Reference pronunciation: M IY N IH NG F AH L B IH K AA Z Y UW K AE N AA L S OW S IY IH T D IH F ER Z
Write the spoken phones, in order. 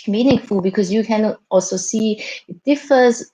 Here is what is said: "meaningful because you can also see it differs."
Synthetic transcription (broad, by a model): M IY N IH NG F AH L B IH K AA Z Y UW K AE N AA L S OW S IY IH T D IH F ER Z